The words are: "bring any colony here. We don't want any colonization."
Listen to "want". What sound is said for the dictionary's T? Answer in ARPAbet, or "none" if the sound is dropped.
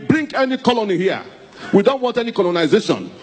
T